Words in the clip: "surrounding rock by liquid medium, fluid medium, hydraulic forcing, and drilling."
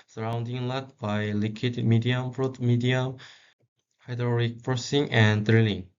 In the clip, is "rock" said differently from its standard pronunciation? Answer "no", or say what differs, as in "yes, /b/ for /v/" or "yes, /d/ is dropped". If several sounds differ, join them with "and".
yes, /l/ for /ɹ/